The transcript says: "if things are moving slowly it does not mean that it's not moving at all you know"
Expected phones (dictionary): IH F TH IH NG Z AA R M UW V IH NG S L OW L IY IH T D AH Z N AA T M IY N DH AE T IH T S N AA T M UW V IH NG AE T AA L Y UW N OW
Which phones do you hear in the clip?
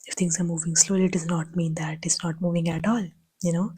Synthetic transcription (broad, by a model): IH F T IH NG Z AA R M UW V IH NG S L OW L IY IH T D AH Z N AA T M IY N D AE T IH T S N AA T M UW V IH NG AE T AA L Y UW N OW